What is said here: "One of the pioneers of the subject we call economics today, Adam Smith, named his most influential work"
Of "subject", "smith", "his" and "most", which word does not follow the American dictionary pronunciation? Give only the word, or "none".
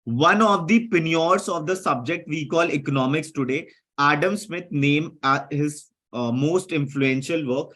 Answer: smith